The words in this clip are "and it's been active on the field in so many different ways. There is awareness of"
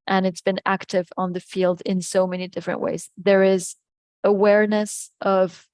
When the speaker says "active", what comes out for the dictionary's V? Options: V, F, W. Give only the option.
V